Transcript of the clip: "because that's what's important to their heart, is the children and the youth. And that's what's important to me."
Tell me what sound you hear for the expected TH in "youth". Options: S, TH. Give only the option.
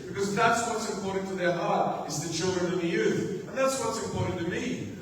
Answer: TH